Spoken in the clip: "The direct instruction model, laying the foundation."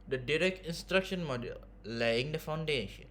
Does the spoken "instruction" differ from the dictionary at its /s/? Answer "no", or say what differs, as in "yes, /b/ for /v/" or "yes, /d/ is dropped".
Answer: no